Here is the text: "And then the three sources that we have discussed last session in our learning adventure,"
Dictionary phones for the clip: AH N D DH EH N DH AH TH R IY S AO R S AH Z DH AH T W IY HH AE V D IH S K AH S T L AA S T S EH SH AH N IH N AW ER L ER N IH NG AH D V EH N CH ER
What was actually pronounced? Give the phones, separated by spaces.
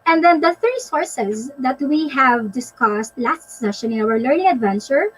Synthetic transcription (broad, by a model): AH N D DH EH N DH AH TH R IY S AO R S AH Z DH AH T W IY HH AE V D IH S K AH S T L AA S T S EH SH AH N IH N AW ER L ER N IH NG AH D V EH N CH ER